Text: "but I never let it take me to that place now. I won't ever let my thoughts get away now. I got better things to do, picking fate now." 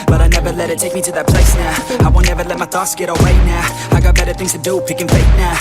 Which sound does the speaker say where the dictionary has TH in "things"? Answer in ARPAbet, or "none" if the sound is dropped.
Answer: TH